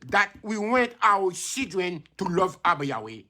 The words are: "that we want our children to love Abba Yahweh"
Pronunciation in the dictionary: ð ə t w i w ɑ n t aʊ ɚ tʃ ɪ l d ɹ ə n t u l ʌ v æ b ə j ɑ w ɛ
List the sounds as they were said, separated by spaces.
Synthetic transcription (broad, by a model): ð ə t w i w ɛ n t aʊ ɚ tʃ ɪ d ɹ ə n t u l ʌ v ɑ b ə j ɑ w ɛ